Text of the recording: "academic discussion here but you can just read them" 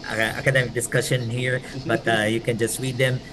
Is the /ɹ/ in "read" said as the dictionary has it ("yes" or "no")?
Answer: no